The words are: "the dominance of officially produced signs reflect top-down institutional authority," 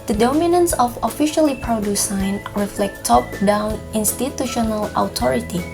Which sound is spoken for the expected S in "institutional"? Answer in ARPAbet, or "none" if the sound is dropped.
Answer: S